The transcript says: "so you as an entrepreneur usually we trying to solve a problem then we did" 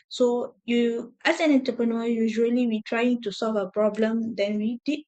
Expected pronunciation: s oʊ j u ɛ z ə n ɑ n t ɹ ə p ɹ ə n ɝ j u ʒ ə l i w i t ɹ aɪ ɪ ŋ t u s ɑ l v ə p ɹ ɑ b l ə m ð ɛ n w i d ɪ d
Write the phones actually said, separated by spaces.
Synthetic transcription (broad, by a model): s oʊ j u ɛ s ə n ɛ n t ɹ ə p ɹ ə n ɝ j u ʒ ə l i w i t ɹ aɪ ɪ ŋ t u s ɑ l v ə p ɹ ɑ b l ə m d ɛ n w i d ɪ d